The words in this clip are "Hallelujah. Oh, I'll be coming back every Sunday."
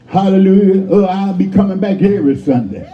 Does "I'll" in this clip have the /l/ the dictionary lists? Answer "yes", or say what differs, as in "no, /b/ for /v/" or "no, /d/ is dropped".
yes